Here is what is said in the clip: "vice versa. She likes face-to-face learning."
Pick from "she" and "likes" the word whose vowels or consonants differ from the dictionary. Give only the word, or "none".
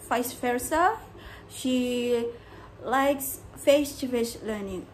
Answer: none